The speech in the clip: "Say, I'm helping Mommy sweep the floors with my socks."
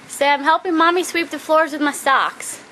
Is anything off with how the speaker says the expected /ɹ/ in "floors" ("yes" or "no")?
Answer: no